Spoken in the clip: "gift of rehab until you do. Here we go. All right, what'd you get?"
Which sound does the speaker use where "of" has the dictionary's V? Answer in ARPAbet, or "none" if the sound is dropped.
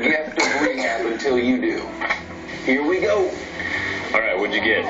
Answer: B